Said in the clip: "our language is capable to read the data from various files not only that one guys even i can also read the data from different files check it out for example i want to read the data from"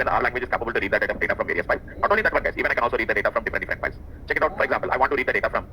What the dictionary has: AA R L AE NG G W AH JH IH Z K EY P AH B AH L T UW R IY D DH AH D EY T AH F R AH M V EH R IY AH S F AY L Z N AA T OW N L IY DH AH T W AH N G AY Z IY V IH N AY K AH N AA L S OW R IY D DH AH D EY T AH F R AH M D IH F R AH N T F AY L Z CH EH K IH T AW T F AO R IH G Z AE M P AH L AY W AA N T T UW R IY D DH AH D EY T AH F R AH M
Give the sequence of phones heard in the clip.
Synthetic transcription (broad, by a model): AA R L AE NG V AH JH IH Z K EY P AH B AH L T UW R IY D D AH D EY T AH F R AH M V EH R IY AH S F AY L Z N AA T OW N L IY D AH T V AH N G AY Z IY V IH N AY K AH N AA L S OW R IY D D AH D EY T AH F R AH M D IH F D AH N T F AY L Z CH EH K IH T AW T F AO R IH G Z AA M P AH L AY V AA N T T UW R IY D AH D EY T AH F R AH M